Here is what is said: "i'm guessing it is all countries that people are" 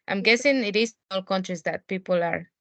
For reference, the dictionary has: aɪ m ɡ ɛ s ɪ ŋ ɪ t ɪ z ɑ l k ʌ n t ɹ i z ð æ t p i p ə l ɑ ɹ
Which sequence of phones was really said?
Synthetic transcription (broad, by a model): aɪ m ɡ ɛ s ɪ ŋ ɪ t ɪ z ɑ l k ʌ n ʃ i s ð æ t p i p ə l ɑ ɹ